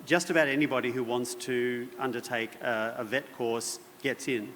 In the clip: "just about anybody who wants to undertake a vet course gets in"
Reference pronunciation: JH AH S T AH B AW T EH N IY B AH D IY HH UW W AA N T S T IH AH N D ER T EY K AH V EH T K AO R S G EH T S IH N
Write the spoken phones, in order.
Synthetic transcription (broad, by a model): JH AH S T AH B AW T EH N IY B AH D IY HH UW W AA N T S T IH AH N D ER T EY K AH V EH T K AO R S G EH T S IH N